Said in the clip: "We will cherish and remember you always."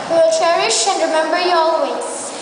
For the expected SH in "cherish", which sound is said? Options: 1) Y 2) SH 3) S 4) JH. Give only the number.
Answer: 2